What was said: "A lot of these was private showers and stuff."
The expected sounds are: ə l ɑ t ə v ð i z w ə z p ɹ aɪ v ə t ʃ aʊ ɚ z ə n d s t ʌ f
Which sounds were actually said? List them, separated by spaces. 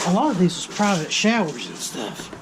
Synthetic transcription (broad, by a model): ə l ɑ t ə v ð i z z p ɹ aɪ v ə t ʃ aʊ ɚ z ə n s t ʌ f